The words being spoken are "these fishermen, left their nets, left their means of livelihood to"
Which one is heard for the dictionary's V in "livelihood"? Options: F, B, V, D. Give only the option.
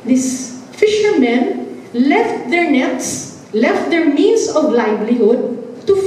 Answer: B